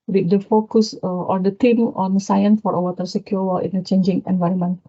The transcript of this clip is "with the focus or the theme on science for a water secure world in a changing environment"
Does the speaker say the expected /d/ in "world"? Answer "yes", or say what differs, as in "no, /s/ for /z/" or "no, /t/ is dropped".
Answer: no, /d/ is dropped